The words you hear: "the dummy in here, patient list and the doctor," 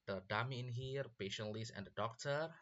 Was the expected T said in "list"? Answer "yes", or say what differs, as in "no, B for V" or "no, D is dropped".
no, T is dropped